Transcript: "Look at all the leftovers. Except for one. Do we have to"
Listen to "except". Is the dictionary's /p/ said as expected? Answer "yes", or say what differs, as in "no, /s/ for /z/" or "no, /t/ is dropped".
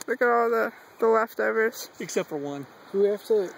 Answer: yes